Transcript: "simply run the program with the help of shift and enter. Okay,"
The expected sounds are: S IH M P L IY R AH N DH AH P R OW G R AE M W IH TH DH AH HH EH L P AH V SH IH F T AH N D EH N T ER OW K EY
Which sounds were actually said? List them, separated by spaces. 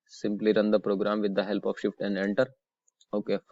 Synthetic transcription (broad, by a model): S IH M P L IY R AH N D AH P R OW G R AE M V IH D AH HH EH L P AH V SH IH F T AH N D EH N T ER OW K EY